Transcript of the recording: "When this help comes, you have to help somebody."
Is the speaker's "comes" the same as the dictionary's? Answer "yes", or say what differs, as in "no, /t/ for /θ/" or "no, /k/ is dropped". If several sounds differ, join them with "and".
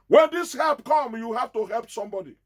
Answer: no, /z/ is dropped